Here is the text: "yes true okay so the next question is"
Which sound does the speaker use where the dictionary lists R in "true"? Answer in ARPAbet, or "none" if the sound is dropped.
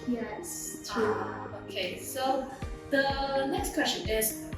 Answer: none